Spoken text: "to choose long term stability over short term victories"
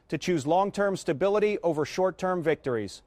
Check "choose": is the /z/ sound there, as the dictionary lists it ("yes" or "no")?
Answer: yes